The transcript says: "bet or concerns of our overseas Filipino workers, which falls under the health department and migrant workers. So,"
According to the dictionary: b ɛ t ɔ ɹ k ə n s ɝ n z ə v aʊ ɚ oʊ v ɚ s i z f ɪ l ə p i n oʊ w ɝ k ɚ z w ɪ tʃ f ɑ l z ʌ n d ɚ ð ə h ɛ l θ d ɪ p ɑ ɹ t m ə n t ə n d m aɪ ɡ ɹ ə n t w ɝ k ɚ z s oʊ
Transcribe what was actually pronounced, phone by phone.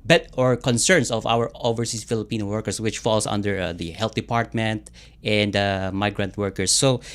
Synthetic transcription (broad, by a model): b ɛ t ɔ ɹ k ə n s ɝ n s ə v aʊ ɚ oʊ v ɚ s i s f ɪ l ə p i n oʊ w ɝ k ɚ s w ɪ tʃ f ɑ l s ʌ n d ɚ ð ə h ɛ l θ d ɪ p ɑ ɹ t m ə n t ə n d m aɪ ɡ ɹ ə n t w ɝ k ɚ s oʊ